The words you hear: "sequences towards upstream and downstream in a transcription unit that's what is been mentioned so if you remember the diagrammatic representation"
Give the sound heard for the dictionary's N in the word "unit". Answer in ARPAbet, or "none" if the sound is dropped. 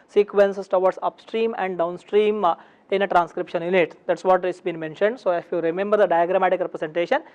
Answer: L